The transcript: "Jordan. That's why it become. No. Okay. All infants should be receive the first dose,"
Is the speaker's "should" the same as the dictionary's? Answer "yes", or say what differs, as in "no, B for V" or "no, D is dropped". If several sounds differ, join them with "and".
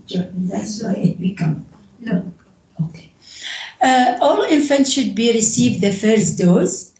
yes